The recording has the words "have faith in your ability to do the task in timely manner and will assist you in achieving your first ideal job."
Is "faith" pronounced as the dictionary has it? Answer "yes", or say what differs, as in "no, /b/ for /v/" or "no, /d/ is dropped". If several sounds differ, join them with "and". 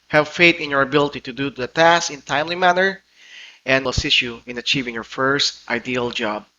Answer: no, /t/ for /θ/